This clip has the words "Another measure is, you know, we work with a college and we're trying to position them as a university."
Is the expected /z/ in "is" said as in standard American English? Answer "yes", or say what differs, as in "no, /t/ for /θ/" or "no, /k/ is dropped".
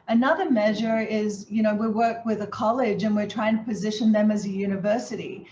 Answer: yes